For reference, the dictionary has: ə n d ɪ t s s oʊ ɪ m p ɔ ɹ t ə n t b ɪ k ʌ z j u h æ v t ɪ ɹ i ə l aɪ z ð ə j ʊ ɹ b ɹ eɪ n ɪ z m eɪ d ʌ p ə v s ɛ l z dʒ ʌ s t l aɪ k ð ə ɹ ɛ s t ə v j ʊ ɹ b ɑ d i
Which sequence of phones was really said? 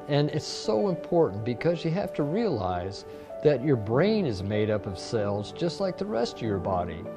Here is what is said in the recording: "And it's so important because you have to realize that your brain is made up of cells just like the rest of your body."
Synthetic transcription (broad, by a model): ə n ɪ t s s oʊ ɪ m p ɔ ɹ t n b ɪ k ʌ z j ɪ h æ f t ɪ ɹ i ə l aɪ z ð ə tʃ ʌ ɹ b ɹ eɪ n ɪ z m eɪ d ʌ p ə v s ɛ l z dʒ ʌ s t l aɪ k ð ə ɹ ɛ s t ə v j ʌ ɹ b ɑ d i